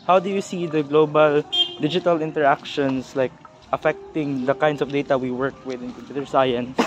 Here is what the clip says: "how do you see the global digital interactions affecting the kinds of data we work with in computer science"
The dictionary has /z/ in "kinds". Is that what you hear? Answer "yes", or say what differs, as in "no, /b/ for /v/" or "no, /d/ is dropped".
no, /s/ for /z/